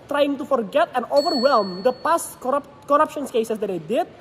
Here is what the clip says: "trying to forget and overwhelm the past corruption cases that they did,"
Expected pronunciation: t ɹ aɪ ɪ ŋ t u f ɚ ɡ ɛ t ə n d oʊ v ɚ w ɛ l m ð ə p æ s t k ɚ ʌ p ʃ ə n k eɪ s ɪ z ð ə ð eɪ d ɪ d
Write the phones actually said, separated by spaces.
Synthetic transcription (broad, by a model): t ɹ aɪ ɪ ŋ t u f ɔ ɡ ɛ t ə n d oʊ v ɚ w ɛ l m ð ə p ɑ s t k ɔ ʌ p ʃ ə n k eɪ s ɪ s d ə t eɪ d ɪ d